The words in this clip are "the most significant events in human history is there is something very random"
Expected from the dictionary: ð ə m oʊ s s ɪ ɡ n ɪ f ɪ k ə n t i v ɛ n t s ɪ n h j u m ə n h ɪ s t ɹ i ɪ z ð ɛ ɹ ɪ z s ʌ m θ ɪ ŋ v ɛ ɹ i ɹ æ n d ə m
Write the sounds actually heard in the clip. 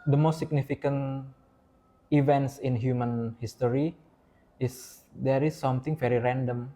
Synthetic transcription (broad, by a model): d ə m oʊ s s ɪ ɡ n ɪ f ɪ k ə n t i v ɛ n t s ɪ n h j u m ə n h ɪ s t ɹ i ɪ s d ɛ ɹ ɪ s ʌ m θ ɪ ŋ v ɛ ɹ i ɹ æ n d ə m